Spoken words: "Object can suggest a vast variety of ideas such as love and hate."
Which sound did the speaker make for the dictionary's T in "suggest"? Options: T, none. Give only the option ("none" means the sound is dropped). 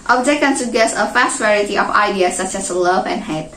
none